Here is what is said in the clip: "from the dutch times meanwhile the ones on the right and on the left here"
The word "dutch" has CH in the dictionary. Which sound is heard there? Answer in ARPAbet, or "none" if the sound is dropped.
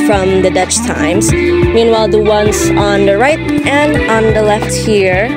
CH